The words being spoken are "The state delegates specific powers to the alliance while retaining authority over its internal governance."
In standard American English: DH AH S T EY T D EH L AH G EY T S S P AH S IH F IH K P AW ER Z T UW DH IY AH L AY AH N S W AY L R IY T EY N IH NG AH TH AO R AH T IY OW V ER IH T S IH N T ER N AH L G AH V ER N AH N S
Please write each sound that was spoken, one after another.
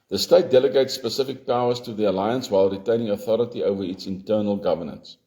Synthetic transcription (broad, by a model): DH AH S T EY T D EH L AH G EY T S S P AH S IH F IH K P AW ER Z T UW DH IY AH L AY AH N S W AY L R IY T EY N IH NG AH TH AO R AH T IY OW V ER IH T S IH N T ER N AH L G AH V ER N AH N S